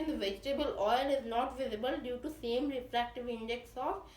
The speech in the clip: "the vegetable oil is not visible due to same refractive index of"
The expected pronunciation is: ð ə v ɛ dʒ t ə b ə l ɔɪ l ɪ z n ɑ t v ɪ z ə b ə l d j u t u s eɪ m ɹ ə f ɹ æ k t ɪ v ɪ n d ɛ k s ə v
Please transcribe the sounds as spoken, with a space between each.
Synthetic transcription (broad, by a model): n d v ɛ dʒ t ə b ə l ɔɪ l ɪ z n ɑ t v ɪ z ə b ə l d j u t u s eɪ m ɹ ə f ɹ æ k t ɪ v ɪ n d ɛ k s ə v